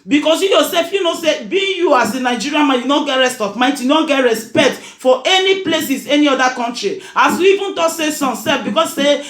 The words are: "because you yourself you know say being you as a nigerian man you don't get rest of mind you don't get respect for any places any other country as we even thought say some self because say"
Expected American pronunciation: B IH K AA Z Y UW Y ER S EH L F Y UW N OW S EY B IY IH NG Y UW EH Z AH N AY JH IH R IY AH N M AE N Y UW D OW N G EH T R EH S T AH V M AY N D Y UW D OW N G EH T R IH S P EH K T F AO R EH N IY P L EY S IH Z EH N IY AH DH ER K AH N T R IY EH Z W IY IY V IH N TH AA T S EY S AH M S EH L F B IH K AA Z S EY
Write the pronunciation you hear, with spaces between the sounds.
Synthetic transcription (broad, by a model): B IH K AA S Y UW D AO S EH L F Y UW N OW S EY B IY Y UW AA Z AH N AY JH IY R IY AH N M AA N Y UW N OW G EH T R EH S T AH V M AY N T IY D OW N G EH T R IH S P EH K T F AO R EH N IY P L EY S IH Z EH N IY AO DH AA K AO N T R IY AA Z W IY IY V IH N T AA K S EY S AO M S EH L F B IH K AA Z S EY